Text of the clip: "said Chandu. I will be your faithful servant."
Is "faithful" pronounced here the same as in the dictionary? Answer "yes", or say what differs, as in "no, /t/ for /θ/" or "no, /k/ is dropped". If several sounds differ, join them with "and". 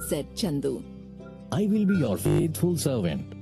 no, /t/ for /θ/